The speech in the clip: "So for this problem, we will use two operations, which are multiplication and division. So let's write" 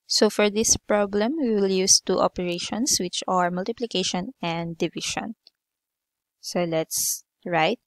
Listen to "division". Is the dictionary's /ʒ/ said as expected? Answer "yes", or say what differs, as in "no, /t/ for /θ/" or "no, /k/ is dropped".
no, /ʃ/ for /ʒ/